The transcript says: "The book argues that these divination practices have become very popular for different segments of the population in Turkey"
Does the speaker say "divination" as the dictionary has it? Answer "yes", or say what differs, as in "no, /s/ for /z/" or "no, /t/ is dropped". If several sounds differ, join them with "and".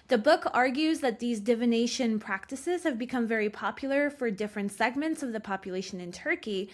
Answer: yes